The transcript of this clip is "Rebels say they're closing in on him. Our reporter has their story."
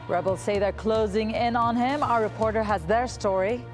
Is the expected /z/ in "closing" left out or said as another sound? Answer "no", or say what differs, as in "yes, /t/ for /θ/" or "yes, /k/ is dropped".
no